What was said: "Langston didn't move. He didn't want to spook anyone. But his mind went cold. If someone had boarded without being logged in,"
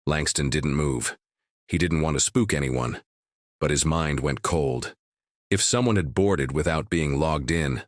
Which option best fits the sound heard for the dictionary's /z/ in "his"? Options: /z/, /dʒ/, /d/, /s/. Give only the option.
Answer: /z/